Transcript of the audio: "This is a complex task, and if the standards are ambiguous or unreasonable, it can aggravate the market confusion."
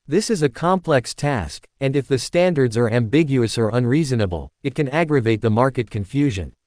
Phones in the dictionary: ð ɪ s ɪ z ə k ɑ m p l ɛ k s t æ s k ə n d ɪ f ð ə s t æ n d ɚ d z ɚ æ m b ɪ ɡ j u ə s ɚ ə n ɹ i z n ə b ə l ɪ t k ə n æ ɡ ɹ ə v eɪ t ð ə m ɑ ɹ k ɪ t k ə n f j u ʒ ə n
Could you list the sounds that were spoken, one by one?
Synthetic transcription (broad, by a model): ð ɪ s ɪ z ə k ɑ m p l ɛ k s t æ s k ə n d ɪ f ð ə s t æ n d ɚ d z ɚ æ m b ɪ ɡ j u ə s ɚ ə n ɹ i z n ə b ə l ɪ t k ə n æ ɡ ɹ ə v eɪ t ð ə m ɑ ɹ k ɪ t k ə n f j u ʒ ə n